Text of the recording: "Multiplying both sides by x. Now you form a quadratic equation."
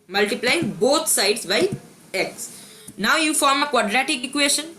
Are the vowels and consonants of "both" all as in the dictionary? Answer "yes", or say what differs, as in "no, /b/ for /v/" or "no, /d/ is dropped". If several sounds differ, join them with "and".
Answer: no, /t/ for /θ/